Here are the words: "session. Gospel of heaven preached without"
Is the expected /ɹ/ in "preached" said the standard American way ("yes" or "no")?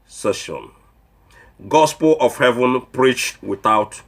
yes